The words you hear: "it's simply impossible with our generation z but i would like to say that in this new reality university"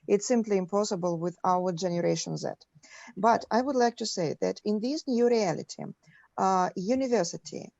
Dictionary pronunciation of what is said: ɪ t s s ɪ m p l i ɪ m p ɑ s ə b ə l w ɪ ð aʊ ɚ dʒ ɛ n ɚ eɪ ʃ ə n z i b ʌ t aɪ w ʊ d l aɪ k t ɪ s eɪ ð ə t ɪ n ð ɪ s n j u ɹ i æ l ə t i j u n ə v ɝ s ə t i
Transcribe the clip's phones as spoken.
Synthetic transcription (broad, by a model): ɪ t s s ɪ m p l i ɪ m p ɑ s ə b ə l w ɪ ð aʊ ɚ dʒ ɛ n ɚ eɪ ʃ ə n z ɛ b ʌ t aɪ w ʊ d l aɪ k t ɪ s eɪ ð ə t ɪ n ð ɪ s n j u ɹ i æ l ə t i j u n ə v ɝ s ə t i